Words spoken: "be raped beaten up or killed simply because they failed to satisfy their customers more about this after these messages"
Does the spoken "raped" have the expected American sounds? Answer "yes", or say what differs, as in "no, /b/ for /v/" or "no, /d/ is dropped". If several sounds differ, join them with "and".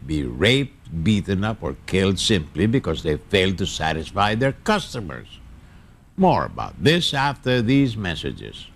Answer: yes